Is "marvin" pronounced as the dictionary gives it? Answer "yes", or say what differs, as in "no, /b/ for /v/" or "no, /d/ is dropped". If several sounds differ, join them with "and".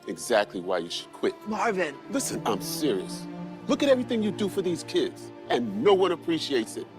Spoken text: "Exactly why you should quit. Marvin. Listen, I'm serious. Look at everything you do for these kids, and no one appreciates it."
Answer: yes